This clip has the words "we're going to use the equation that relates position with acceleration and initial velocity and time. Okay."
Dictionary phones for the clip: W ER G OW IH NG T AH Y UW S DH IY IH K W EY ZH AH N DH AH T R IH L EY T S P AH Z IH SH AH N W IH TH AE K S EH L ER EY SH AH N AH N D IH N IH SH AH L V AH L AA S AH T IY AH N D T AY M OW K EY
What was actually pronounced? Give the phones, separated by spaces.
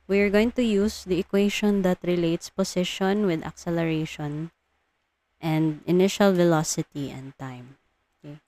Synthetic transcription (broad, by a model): W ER G OW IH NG T AH Y UW S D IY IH K W EY SH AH N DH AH T R IH L EY T S P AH S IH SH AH N W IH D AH K S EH L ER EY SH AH N AH N D IH N IH SH AH L V AH L AA S AH T IY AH N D T AY M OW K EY